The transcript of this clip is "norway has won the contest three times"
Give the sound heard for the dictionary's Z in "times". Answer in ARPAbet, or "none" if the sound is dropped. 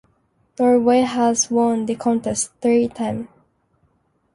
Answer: none